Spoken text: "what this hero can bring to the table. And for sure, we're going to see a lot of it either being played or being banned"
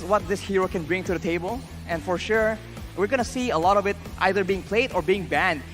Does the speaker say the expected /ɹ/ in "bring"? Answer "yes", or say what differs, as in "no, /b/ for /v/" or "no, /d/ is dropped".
yes